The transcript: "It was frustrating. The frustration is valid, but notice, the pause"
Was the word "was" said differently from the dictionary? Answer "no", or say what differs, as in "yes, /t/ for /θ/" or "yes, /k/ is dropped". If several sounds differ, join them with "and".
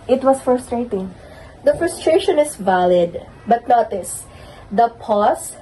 yes, /s/ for /z/